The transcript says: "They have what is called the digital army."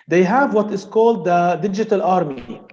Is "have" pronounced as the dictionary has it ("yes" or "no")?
yes